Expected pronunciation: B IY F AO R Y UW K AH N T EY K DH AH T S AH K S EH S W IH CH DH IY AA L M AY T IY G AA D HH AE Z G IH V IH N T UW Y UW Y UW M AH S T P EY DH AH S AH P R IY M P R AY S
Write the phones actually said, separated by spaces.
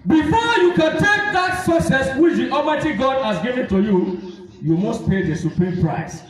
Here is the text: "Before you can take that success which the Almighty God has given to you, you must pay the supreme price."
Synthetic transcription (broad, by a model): B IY F AO Y UW K AH N T EY K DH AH T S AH S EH S W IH CH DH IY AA M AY T IY G AA D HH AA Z G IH V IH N T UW Y UW Y UW M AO S T P EY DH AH S AH P R IY M P R AY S